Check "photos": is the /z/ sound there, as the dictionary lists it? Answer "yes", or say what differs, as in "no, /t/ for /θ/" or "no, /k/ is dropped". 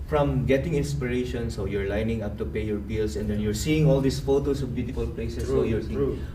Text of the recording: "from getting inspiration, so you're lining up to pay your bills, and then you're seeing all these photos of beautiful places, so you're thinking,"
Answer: no, /s/ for /z/